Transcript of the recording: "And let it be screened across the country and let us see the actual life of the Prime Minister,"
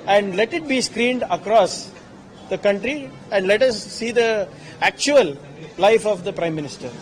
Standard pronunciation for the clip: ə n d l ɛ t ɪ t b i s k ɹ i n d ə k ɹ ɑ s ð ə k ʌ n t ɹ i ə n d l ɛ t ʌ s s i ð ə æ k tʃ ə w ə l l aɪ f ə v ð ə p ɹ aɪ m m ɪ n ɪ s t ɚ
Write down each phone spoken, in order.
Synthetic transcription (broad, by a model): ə n d l ɛ t ɪ t b i s k ɹ i n d ə k ɹ ɑ s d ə k ʌ n t ɹ i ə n d l ɛ t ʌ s s i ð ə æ k tʃ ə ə l l aɪ f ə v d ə p ɹ aɪ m m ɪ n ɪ s t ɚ